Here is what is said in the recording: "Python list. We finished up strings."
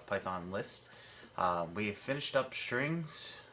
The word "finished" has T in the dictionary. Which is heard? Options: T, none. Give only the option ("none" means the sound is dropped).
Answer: T